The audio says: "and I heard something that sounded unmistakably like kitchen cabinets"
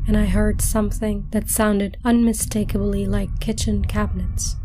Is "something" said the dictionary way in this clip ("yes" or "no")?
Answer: yes